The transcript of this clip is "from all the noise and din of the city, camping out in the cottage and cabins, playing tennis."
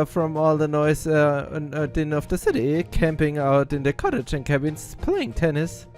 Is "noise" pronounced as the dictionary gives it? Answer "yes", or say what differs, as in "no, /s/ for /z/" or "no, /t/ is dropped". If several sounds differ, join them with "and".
no, /z/ is dropped